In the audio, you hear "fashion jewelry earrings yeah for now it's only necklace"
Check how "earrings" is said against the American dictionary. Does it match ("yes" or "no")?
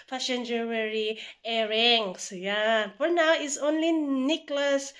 no